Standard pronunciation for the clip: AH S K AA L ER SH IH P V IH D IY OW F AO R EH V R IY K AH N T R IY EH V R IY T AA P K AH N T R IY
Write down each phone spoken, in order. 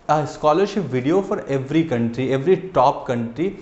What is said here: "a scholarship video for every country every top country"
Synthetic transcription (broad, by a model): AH S K AA L ER SH IH P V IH D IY OW F AO R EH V R IY K AH N T R IY EH V R IY T AA P K AH N T R IY